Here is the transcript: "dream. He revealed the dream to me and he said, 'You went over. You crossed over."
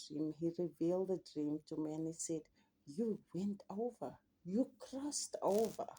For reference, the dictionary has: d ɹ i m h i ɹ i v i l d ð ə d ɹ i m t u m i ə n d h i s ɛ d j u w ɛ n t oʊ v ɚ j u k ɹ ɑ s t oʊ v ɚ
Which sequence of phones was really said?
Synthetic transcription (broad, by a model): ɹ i m h i ɹ i v i l d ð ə d ɹ i m t u m i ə n h i s ɛ d j u w ɛ n t oʊ v ɚ j u k ɹ ɑ s t oʊ v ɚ